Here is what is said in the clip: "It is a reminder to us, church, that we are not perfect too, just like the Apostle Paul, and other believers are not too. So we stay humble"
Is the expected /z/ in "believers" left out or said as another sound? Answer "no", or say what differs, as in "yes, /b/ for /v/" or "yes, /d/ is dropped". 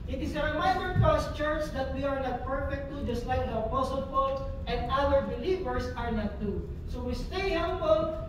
yes, /s/ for /z/